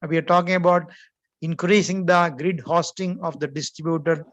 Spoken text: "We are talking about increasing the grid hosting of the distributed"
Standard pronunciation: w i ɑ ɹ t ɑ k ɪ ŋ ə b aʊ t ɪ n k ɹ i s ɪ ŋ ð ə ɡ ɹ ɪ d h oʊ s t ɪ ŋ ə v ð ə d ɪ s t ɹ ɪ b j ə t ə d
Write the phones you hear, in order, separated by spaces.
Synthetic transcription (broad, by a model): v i ɑ ɹ t ɑ k ɪ ŋ ə b aʊ t ɪ n k ɹ i s ɪ ŋ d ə ɡ ɹ ɪ d h oʊ s t ɪ ŋ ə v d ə d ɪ s t ɹ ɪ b j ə t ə d